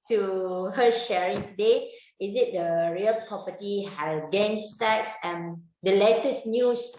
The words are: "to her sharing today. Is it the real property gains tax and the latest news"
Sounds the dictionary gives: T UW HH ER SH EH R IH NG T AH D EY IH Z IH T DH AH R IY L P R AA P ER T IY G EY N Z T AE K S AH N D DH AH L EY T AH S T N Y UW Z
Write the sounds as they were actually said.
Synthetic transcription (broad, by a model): T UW HH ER SH EH R IH NG T AH D EY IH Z IH T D AH R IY L P R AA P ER T IY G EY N S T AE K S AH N D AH L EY T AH S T N Y UW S